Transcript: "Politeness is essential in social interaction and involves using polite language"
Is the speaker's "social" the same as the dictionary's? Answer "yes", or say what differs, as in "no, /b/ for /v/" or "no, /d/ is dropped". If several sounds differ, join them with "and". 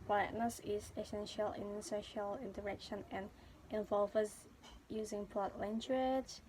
yes